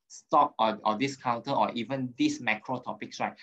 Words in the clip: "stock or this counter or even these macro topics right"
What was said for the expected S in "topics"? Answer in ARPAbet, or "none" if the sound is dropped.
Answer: S